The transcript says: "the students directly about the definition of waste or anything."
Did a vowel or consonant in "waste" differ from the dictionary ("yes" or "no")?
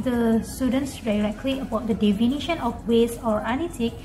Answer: yes